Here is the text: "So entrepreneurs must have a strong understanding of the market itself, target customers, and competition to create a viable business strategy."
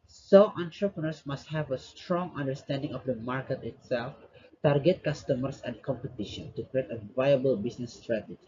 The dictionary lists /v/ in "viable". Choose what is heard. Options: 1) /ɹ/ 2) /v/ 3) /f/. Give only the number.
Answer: 2